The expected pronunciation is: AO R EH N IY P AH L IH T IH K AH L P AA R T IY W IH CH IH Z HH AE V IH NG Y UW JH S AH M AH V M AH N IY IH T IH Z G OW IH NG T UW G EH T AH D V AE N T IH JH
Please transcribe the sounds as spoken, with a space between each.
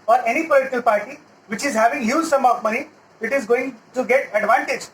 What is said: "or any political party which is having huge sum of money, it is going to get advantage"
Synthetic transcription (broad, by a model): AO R EH N IY P AH L IH T IH K AH L P AA R T IY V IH CH IH Z HH AE V IH NG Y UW Z S AH M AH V M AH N IY IH T IH Z G OW IH NG T UW G EH T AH D V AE N T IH JH